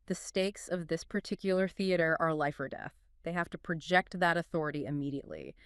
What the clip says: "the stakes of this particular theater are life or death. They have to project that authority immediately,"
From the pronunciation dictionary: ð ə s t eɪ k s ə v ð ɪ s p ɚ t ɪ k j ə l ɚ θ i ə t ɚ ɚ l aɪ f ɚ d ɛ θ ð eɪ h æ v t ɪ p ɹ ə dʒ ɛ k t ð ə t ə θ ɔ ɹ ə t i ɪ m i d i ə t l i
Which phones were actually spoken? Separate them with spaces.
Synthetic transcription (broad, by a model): ð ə s t eɪ k s ə v ð ɪ s p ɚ t ɪ k j l ɚ θ i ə t ɚ ɚ l aɪ f ɚ d ɛ θ ð eɪ h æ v t ɪ p ɹ ə dʒ ɛ k t ð ə t ə θ ɔ ɹ ə t i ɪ m i d i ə t l i